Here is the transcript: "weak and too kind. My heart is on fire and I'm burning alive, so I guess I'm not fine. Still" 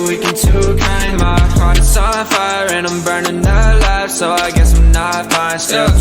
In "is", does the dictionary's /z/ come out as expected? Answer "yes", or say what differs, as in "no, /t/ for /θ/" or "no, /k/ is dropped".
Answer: no, /s/ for /z/